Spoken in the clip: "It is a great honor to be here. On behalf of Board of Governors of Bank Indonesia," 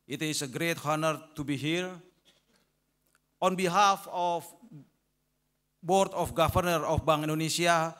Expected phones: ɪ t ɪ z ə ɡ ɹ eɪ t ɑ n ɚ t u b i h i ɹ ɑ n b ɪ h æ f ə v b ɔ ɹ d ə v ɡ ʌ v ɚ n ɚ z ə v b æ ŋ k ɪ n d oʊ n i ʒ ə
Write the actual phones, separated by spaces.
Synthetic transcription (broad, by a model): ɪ t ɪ s ə ɡ ɹ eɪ t ɑ n ɚ t u b i h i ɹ ɑ n b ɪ h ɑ f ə f b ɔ ɹ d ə f ɡ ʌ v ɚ n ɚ ə f b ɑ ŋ ɪ n d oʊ n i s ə